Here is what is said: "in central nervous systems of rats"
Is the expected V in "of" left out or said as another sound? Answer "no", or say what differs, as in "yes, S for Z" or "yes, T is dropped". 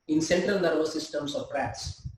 yes, P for V